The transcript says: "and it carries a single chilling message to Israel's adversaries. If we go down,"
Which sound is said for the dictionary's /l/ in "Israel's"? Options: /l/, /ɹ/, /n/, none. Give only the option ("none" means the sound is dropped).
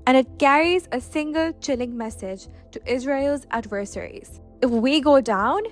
/l/